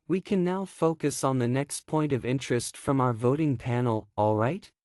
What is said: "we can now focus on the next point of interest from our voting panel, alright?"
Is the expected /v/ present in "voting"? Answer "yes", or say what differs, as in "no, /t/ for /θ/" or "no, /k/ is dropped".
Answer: yes